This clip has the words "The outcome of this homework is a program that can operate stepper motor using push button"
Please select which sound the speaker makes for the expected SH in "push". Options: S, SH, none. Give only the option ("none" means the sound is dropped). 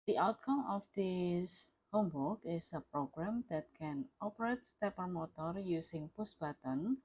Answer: S